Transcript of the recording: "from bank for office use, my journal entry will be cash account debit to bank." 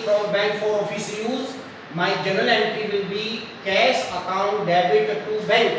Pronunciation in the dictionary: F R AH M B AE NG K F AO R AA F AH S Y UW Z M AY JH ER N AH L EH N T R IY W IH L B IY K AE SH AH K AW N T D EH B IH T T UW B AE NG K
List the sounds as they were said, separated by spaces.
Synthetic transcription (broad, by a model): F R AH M B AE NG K F AO R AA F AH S Y UW Z M AY JH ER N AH L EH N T IY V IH L B IY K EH S AH K AW N T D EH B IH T T UW B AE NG K